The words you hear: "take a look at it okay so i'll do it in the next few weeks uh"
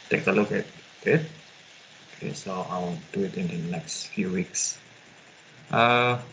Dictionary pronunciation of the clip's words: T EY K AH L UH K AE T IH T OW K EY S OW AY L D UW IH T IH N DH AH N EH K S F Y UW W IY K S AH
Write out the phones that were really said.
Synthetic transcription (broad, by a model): T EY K AH L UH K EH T IH T OW K EY S OW AY W D UW IH T IH N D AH N EH K S F Y UW W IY K S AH